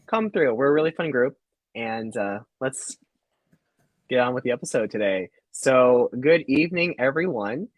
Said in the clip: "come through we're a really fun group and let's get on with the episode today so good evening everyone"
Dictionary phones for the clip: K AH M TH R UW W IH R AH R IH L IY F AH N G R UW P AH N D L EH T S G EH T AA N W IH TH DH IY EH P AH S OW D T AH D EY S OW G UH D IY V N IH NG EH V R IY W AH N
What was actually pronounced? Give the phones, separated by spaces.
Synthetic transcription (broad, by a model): K AH M TH R UW W IH R AH R IH L IY F AH N G R UW P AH N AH L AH T S G EH T N W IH DH IY EH P AH S OW D T AH D EY S OW G UH D IY V N IH NG EH V R IY W AH N